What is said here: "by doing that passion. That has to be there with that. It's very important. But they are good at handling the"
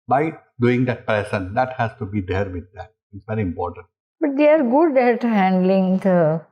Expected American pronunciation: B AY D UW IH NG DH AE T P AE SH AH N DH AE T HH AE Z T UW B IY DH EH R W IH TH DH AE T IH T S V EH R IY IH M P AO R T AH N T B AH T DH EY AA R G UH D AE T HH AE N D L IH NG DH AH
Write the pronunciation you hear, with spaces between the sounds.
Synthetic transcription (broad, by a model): B AY D UW IH NG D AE T P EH S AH N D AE T HH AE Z T UW B IY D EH R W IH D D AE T IH T S V EH R IY IH M P AO R T AH N T B AH T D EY AA R G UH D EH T HH AE N D L IH NG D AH